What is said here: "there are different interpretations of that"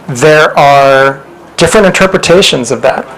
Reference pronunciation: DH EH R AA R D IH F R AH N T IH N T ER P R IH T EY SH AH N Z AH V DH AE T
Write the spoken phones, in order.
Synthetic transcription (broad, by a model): DH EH R AA R D IH F R AH N T IH N T ER P R IH T EY SH AH N Z AH V DH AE T